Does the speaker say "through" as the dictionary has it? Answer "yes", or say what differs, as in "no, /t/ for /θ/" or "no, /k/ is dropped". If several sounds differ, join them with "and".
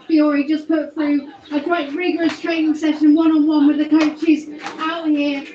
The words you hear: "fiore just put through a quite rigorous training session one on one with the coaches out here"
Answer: yes